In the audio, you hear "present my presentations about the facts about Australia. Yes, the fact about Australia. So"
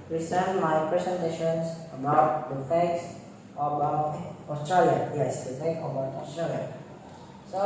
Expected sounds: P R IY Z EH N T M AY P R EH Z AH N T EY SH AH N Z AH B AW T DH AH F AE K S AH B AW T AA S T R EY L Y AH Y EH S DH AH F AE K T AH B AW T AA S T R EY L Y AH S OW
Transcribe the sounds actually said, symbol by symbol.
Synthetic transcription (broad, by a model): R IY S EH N M AY P R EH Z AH N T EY SH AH N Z AH B AW T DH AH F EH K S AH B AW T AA S T R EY L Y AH Y EH S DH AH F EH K AH B AW T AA S T R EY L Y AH S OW